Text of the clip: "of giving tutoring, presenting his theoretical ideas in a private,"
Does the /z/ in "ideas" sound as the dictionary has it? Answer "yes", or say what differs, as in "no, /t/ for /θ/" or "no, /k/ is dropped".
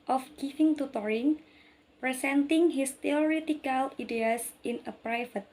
no, /s/ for /z/